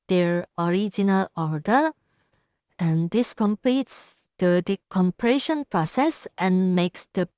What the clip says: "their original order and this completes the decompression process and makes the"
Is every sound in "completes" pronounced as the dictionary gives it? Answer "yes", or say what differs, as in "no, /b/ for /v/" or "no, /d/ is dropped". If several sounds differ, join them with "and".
yes